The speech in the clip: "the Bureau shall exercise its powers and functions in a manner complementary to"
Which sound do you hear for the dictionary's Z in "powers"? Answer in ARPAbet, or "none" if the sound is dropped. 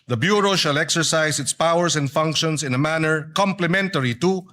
S